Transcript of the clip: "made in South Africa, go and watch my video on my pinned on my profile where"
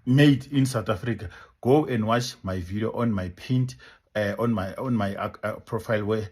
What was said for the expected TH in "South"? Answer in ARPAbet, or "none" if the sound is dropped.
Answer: T